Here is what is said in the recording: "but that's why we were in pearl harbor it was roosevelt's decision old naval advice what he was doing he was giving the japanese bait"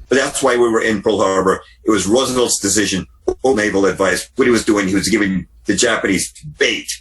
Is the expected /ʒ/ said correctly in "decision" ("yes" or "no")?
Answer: yes